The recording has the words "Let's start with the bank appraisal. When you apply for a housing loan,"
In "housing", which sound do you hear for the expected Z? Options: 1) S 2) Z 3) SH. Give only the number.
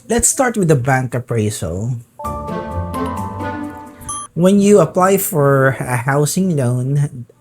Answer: 1